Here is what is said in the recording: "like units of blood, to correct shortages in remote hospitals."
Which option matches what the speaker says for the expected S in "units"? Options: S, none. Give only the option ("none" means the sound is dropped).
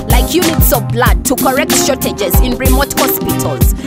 S